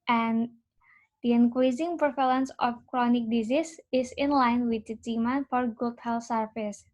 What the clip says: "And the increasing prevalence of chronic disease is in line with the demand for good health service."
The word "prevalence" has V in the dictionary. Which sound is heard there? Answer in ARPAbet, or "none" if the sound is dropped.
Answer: F